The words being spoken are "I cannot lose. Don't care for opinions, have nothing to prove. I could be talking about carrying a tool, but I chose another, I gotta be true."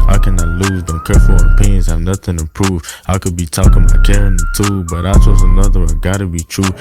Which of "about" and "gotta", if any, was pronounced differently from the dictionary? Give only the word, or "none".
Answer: about